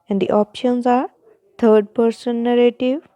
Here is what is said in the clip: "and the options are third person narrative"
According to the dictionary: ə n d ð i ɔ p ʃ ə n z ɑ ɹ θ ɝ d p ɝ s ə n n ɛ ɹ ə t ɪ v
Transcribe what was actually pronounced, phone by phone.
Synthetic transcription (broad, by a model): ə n d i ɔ p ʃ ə n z ɑ ɹ t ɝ d p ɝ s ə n n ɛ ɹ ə t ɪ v